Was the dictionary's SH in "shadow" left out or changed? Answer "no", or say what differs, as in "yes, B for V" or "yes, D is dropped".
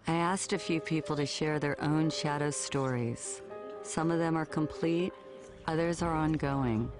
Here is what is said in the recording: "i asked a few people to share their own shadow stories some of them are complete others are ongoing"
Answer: no